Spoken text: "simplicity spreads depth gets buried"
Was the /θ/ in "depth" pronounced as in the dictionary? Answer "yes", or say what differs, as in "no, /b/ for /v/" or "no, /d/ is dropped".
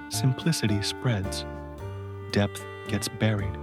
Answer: yes